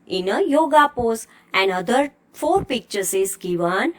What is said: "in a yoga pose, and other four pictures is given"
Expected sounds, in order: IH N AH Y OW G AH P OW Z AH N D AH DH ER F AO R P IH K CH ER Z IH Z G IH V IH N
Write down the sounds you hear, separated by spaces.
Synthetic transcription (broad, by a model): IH N AH Y OW G AH P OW S AH N D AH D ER F AO R P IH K CH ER S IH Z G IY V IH N